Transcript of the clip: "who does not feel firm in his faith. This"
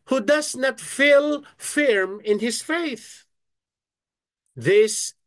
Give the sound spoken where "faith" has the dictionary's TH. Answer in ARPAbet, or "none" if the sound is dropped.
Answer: TH